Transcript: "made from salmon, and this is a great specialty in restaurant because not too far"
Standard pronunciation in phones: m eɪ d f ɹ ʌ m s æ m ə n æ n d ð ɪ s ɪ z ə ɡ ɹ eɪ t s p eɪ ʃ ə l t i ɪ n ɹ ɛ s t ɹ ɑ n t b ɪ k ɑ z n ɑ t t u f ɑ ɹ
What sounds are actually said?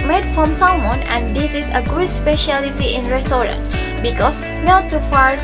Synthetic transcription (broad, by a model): m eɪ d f ɹ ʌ m s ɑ m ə n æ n d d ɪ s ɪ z ə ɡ ʊ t s p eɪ ʃ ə l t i ɪ n ɹ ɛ s t ɹ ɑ n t b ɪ k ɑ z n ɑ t t u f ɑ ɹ